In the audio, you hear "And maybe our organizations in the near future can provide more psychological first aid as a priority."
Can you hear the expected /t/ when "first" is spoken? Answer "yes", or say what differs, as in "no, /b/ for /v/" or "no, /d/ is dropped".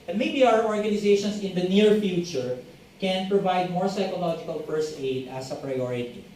no, /t/ is dropped